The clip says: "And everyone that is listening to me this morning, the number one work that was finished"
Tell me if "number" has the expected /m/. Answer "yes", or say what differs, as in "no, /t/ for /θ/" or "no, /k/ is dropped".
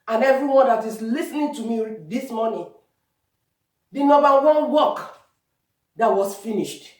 no, /m/ is dropped